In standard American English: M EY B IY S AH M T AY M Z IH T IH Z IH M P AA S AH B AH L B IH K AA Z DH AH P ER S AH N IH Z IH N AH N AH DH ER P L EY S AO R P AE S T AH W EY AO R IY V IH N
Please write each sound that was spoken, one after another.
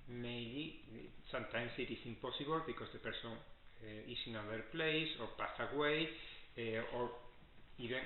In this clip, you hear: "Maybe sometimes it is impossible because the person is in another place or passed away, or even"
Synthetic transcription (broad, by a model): M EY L IY S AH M T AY M S IH T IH S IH M P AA S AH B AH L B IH K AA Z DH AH P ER S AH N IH S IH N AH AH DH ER P L EY S AO R P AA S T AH W EY AO R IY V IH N